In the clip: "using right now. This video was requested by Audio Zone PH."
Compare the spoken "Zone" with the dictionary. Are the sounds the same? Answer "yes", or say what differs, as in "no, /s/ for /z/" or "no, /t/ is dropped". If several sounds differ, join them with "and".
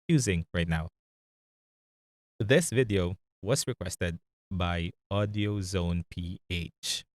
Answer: yes